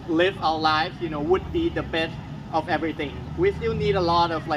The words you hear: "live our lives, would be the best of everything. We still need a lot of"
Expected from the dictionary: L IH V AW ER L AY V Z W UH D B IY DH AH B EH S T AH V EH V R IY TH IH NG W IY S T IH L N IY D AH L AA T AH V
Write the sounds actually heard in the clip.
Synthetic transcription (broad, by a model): L IH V AW ER L AY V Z W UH D B IY DH AH B EH S T AH V EH V R IY TH IH NG W IY S T IH L N IY D AH L AA T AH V